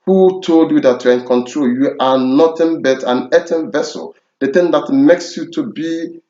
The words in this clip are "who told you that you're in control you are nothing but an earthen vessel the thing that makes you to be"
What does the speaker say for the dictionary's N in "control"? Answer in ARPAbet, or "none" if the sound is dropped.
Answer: N